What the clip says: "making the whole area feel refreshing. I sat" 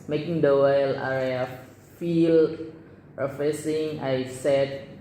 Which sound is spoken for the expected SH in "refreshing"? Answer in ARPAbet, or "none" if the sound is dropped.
S